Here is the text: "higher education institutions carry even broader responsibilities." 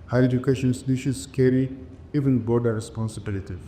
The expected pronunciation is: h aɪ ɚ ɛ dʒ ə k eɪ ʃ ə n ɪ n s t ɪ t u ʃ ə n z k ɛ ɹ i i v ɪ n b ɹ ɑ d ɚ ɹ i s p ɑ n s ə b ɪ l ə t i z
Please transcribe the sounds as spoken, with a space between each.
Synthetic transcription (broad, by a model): h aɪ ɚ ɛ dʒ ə k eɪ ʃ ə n n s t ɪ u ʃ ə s k ɛ ɹ i i v ɪ n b ɑ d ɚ ɹ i s p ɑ n s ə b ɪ l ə t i